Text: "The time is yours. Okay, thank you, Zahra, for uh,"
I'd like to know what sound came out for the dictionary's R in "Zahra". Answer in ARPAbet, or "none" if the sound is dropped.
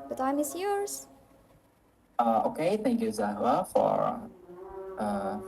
none